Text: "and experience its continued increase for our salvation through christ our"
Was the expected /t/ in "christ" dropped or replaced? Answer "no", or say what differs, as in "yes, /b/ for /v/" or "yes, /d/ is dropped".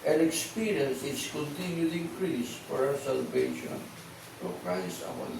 yes, /t/ is dropped